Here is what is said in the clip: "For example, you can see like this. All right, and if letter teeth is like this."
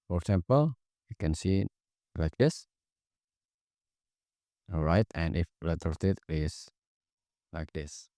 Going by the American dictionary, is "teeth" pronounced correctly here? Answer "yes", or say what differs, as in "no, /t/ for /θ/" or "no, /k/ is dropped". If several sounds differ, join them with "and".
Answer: no, /t/ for /θ/